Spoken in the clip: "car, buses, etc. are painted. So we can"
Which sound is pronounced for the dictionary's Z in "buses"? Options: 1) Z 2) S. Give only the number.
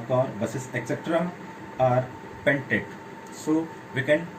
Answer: 2